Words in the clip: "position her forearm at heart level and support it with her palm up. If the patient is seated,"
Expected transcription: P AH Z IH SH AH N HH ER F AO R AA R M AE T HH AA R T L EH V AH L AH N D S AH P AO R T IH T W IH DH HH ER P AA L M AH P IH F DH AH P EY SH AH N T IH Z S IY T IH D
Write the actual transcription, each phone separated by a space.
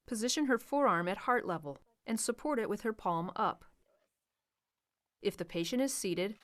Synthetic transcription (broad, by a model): P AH Z IH SH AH N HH ER F AO R AA R M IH T HH AA R T L EH V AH L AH N S AH P AO R T IH T W IH DH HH ER P AA L M AH P IH F DH AH P EY SH AH N T IH Z S IY T IH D